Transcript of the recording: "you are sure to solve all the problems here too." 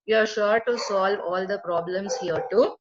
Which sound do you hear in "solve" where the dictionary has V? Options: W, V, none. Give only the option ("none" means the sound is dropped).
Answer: V